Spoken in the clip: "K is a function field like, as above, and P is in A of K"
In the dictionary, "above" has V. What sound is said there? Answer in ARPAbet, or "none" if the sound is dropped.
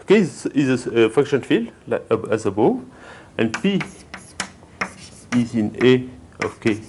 none